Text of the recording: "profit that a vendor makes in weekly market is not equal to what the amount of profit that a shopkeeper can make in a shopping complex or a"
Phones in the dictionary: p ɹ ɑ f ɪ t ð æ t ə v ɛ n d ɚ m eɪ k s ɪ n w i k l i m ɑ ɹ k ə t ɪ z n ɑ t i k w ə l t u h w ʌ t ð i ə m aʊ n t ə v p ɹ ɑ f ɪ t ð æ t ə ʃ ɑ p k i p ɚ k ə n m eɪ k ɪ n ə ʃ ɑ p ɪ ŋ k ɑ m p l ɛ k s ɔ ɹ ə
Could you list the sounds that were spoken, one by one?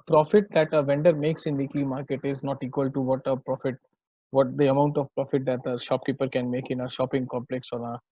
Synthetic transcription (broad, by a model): p ɹ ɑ f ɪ t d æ t ə v ɛ n d ɚ m eɪ k s ɪ n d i k l i m ɑ ɹ k ə t ɪ z n ɑ t i k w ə l t u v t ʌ t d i ə m aʊ n t ə v p ɹ ɑ f ɪ t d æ t ə ʃ ɑ p k i p ɚ k ə n m eɪ k ɪ n ə ʃ ɑ p ɪ ŋ k ɑ m p l ɛ k s ɔ ɹ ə